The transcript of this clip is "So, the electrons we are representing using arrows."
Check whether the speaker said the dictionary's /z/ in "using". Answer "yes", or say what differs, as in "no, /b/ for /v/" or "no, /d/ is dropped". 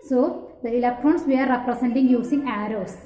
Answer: no, /s/ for /z/